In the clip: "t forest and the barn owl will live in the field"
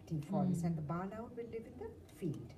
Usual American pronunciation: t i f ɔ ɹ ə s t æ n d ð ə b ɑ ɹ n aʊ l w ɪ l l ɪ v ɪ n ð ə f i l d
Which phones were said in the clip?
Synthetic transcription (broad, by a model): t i f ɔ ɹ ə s æ n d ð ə b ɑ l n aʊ n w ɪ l l ɪ v ɪ n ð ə f i l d